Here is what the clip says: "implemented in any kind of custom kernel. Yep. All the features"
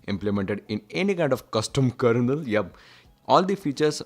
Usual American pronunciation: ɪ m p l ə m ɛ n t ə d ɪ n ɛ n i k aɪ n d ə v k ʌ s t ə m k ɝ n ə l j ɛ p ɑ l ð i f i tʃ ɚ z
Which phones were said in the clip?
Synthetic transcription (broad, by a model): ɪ m p l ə m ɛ n t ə d ɪ n ɛ n i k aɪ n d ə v k ʌ s t ə m k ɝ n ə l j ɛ b ɑ l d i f i tʃ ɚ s